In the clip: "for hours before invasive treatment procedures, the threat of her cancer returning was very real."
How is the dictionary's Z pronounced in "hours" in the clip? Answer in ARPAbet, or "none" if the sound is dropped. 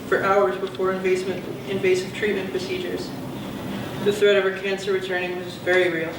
Z